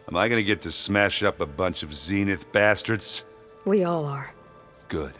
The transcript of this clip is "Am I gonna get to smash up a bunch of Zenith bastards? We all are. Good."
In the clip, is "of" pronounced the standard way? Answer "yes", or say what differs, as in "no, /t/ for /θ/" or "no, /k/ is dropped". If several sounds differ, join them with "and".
yes